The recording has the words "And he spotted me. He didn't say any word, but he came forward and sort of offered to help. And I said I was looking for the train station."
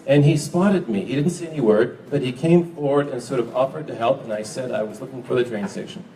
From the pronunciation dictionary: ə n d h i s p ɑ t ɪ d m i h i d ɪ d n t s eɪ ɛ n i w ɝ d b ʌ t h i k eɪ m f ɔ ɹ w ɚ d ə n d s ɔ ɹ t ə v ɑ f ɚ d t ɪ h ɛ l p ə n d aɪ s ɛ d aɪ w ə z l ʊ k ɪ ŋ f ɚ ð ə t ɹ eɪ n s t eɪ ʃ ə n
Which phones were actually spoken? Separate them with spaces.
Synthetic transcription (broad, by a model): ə n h i s p ɑ t ɪ d m i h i d ɪ d n t s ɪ ɛ n i w ɝ d b ʌ t h i k eɪ m f ɔ ɹ w ɚ d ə n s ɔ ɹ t ə v ɑ f ɚ d t ɪ h ɛ l p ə n aɪ s ɛ d aɪ w ə z l ʊ k ɪ ŋ f ɚ ð ə t ɹ eɪ n s t eɪ ʃ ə n